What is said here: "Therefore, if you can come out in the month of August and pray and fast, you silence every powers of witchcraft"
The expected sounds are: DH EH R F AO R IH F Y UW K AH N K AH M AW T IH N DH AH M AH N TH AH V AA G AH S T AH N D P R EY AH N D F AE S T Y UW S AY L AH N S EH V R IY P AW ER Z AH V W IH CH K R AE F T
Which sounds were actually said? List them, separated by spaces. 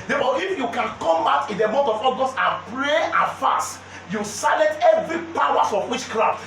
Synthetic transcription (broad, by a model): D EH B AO IH F Y UW K AH N K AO M AW T IH N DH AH M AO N T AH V AA G AH S T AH N P R EY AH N F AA S T Y UW S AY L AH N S EH V R IY P AW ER S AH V W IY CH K R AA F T